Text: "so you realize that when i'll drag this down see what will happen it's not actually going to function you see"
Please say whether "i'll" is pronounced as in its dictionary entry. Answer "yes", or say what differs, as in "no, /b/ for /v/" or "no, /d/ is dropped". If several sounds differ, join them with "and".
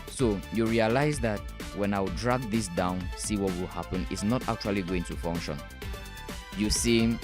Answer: no, /w/ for /l/